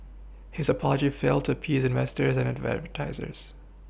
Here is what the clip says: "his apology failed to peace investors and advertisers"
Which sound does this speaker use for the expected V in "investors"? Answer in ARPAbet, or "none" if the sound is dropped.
V